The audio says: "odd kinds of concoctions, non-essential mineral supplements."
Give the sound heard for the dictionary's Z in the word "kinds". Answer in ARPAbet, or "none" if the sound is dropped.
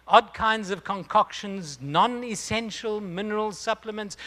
Z